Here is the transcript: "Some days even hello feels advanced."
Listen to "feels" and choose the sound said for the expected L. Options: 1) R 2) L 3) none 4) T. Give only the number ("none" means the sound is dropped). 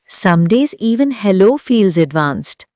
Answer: 2